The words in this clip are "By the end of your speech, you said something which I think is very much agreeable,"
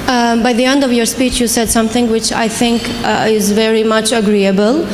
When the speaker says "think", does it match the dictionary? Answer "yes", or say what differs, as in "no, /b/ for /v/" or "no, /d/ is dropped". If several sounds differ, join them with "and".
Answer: yes